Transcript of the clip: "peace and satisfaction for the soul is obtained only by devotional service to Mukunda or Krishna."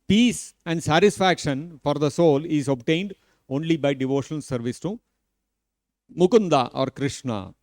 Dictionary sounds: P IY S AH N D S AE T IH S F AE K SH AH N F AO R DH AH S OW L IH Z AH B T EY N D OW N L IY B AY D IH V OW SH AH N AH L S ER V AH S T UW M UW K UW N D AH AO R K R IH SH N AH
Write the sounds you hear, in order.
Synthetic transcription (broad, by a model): P IY S AH N D S AE T IH S F AE K SH AH N F AO R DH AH S OW L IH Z AH B T EY N D OW N L IY B AY D IH V OW SH AH N AH L S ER V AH S T UW M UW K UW N D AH AO R K R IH SH N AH